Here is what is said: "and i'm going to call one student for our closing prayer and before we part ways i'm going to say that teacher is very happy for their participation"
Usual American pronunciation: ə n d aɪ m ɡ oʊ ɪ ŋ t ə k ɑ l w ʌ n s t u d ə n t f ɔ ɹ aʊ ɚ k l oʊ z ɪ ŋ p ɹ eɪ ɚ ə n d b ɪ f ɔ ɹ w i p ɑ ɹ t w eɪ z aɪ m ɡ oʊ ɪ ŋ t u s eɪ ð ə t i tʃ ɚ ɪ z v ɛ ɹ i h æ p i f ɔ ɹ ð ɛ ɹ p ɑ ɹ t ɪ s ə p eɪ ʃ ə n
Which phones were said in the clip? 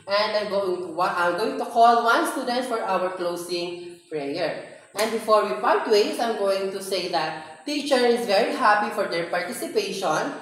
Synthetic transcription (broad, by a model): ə n d aɪ m ɡ oʊ ɪ ŋ t ə k ɑ l w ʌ n s t u d ə n t f ɔ ɹ aʊ ɚ k l oʊ s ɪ ŋ p ɹ eɪ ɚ ə n d b ɪ f ɔ ɹ w i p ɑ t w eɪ s aɪ m ɡ oʊ ɪ ŋ t u s eɪ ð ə t i tʃ ɚ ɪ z v ɛ ɹ i h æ p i f ɔ ɹ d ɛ ɹ p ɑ ɹ t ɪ s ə p eɪ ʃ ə n